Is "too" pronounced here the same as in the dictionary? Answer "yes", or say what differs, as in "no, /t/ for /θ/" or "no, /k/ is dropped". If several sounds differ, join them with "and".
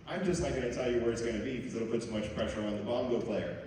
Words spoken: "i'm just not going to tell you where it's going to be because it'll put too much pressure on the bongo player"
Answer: no, /s/ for /t/